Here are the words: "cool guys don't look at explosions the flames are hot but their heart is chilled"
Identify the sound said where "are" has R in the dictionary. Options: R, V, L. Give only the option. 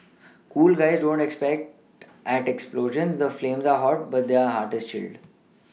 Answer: R